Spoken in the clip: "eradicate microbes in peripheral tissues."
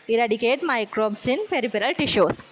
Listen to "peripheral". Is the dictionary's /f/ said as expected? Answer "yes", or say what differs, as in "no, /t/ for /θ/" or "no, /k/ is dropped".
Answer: no, /p/ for /f/